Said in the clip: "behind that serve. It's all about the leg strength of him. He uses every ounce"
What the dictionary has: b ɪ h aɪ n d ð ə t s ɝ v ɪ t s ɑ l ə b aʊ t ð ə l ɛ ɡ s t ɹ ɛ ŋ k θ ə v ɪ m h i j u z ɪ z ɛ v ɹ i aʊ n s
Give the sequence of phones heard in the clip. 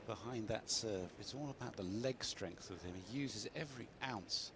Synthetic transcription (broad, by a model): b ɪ h aɪ n ð ə t s ɝ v ɪ t s ɑ l ə b aʊ t ð ə l ɛ ɡ s t ɹ ɛ ŋ k θ ə v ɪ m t j u z ɪ z ɛ v ɹ i aʊ n s